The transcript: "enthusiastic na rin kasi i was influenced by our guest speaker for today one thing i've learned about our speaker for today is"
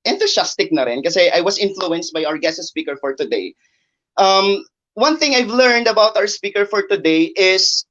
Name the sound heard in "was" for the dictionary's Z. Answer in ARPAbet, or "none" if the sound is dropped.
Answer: S